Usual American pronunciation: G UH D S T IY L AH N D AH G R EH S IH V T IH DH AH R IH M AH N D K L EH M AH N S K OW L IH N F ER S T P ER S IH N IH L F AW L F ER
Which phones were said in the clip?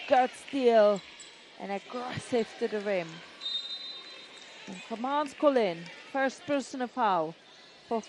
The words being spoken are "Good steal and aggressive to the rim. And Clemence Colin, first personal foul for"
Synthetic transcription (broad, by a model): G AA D S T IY L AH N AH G R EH S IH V T IH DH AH R IH M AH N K AH M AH N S K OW L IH N F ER S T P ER S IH N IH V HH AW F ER